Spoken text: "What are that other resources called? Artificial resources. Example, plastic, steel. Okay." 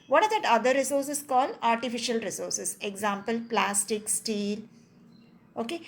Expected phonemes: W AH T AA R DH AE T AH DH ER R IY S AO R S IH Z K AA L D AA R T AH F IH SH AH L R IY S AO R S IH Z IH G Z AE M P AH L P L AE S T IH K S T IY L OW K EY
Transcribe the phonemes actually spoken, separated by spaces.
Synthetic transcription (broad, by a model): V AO T AA R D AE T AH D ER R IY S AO R S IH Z K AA L AA R T AH F IH SH AH L R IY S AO R S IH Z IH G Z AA M P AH L P L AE S T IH K S T IY L OW K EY